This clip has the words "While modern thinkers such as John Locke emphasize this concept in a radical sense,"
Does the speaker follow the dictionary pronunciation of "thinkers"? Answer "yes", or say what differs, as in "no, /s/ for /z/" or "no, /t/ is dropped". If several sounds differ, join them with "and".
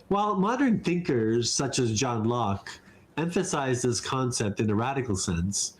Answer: yes